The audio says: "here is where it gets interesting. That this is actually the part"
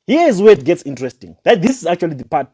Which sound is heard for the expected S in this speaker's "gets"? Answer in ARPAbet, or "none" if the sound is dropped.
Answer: S